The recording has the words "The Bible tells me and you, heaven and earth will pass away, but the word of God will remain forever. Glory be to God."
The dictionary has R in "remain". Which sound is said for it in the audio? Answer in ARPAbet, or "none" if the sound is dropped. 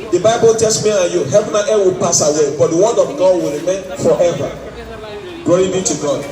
R